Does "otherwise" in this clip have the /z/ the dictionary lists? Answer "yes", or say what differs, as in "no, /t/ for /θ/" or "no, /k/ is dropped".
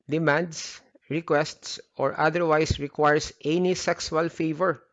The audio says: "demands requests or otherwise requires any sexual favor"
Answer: no, /s/ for /z/